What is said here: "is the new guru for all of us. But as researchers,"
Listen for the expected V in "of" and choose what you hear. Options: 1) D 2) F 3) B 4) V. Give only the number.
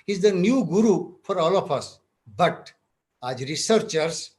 2